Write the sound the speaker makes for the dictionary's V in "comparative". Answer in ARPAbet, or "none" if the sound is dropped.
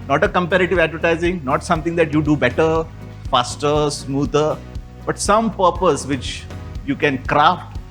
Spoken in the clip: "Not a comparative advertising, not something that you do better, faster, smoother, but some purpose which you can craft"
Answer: V